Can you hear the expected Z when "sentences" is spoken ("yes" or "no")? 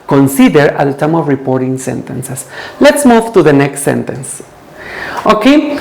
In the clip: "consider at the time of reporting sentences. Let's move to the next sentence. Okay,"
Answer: no